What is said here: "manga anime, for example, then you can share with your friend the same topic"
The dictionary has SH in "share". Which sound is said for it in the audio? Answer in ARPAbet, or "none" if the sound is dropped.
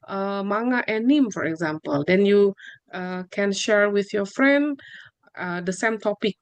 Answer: SH